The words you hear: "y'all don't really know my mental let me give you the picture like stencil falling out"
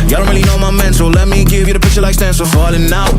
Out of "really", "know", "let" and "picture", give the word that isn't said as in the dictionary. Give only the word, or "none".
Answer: picture